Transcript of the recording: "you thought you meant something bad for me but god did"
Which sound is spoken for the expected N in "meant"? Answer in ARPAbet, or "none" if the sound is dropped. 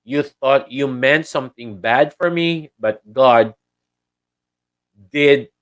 N